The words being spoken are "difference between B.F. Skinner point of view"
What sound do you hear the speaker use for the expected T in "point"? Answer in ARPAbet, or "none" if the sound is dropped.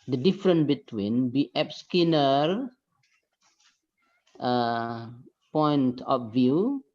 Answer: T